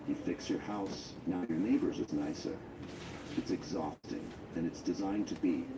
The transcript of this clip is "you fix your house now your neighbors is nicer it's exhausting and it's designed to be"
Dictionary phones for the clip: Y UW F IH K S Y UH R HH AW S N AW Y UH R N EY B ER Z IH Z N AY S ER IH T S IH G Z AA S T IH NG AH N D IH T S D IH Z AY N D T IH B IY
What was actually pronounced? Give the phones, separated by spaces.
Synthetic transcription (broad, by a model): Y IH F IH K S Y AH R HH AW S N AW Y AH R N EY B ER Z IH Z N AY S ER IH T S IH G Z AA S T IH NG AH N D IH T S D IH Z AY N T IH B IY